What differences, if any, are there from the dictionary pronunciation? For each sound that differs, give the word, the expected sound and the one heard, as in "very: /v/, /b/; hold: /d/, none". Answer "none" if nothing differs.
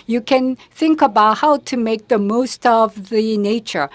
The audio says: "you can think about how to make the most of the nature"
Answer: none